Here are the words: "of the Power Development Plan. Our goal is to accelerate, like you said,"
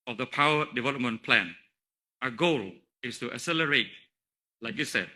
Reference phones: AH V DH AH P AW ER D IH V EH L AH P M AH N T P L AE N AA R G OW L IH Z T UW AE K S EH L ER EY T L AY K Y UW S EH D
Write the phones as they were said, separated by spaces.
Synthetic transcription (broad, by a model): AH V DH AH P AW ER D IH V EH L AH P M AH N P L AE N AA G OW L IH S T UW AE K S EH L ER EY T L AY K Y UW S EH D